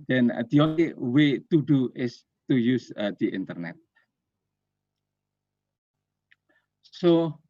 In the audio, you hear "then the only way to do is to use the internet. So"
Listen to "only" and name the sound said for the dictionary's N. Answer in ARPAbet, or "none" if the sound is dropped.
none